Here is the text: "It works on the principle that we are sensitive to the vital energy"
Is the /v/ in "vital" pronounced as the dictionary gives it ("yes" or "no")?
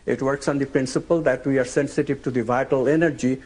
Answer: yes